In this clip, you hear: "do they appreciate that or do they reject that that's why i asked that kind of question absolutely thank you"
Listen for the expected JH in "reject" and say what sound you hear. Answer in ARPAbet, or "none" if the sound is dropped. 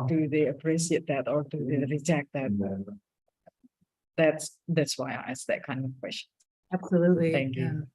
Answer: Z